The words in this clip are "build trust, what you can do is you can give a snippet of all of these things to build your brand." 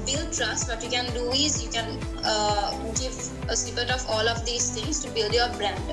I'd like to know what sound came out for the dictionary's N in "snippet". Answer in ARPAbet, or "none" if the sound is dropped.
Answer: none